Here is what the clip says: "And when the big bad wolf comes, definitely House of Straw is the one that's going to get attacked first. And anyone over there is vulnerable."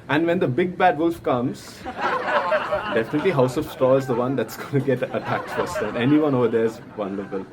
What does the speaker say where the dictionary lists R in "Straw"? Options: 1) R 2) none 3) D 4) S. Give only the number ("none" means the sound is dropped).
2